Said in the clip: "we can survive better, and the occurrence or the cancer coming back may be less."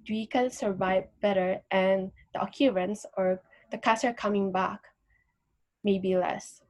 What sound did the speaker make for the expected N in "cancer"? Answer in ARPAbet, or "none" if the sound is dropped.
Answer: none